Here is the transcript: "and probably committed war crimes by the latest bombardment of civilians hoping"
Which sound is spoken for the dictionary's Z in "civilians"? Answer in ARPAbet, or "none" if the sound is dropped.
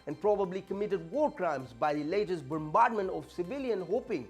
none